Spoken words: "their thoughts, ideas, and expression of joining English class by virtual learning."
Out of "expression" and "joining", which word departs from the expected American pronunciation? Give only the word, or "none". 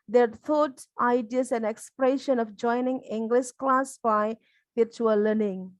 none